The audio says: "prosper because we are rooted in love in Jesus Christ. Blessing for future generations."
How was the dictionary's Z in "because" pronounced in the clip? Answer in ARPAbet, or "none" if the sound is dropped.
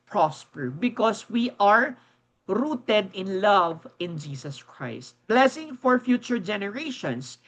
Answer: S